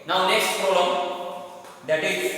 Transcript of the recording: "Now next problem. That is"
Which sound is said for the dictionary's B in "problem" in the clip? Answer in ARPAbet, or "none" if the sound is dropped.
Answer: none